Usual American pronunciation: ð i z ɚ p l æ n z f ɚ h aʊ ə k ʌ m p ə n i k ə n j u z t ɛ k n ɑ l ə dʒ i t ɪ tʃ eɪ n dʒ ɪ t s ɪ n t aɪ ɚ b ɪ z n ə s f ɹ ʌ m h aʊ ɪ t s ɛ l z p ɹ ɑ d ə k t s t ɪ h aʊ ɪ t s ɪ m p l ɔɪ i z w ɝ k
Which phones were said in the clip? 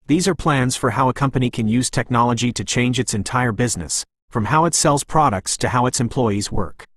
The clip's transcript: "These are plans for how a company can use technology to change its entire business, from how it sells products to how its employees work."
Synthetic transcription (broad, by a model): ð i z ɚ p l æ n z f ɚ h aʊ ə k ʌ m p ə n i k ə n j u z t ɛ k n ɑ l ə dʒ i t ɪ tʃ eɪ n dʒ ɪ t s ɪ n t aɪ ɚ b ɪ z n ə s f ɹ ʌ m h aʊ ɪ t s ɛ l z p ɹ ɑ d ə k t s t ɪ h aʊ ɪ t s ɪ m p l ɔɪ i z w ɝ k